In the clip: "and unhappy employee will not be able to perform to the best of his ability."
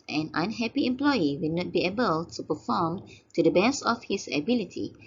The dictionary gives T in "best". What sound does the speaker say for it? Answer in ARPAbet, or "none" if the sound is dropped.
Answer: none